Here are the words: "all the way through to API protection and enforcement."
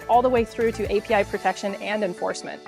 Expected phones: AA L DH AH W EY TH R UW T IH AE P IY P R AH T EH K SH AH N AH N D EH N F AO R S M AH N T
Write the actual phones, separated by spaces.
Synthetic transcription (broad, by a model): AA L DH AH W EY TH R UW T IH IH P IY P R AH T EH K SH AH N AH N D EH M F AO R S M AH N T